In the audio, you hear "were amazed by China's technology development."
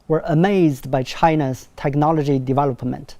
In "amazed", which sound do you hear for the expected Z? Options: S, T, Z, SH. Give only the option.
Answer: Z